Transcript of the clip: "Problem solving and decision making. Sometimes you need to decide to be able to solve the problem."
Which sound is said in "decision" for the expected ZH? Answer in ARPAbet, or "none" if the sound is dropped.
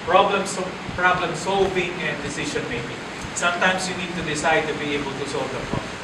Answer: SH